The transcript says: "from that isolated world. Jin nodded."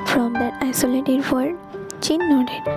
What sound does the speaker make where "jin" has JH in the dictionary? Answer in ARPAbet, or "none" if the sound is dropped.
CH